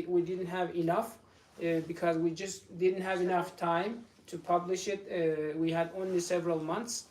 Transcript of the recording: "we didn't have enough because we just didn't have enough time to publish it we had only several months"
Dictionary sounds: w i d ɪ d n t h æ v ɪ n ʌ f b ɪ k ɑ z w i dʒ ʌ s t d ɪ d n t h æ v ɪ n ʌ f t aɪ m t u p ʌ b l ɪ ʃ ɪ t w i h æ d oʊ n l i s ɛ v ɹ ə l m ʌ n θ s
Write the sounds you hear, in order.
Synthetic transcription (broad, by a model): w i d ɪ d n t h æ v ɪ n ʌ f b ɪ k ɑ z w i dʒ ʌ s t d ɪ d n t h æ v ɪ n ʌ f t aɪ m t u p ʌ b l ɪ ʃ ɪ t w i h æ d oʊ n l i s ɛ v ɹ ə l m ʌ n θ s